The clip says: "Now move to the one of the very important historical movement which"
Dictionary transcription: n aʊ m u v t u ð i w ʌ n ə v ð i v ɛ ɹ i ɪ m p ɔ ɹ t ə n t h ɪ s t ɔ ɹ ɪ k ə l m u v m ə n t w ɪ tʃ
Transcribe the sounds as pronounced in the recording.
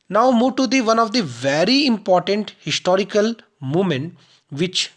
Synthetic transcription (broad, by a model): n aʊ m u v t u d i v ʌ n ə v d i v ɛ ɹ i ɪ m p ɔ ɹ t ə n t h ɪ s t ɔ ɹ ɪ k ə l m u m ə n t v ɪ tʃ